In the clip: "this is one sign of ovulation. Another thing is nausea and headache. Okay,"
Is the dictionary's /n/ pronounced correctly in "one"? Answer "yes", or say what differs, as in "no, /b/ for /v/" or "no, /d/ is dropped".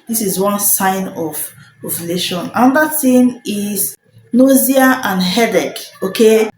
yes